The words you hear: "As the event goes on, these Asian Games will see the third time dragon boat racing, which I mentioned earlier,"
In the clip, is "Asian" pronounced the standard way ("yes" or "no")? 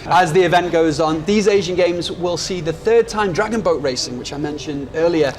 yes